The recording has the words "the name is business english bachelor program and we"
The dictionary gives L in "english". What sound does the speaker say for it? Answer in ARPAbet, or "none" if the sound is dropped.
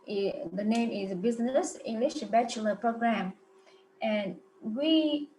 L